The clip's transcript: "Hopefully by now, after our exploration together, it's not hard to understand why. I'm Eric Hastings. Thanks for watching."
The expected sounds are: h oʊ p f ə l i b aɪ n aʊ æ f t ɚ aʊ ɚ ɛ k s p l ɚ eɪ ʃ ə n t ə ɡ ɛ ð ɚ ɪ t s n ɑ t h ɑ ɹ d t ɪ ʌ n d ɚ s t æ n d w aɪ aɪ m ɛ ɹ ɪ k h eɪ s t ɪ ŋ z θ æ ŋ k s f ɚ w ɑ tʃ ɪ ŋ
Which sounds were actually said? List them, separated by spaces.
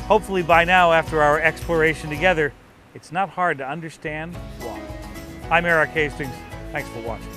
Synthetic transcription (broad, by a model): h oʊ p f l i b aɪ n aʊ æ f t ɚ aʊ ɚ ɛ k s p l ɚ eɪ ʃ ə n t ə ɡ ɛ ð ɚ ɪ t s n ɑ t h ɑ ɹ d t ɪ ʌ n d ɚ s t æ n d w aɪ aɪ m ɛ ɹ ɪ k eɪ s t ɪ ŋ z θ æ ŋ k s f ɚ w ɑ tʃ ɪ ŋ